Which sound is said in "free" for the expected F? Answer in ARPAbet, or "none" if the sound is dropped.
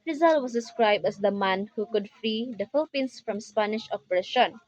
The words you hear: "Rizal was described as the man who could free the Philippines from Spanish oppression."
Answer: F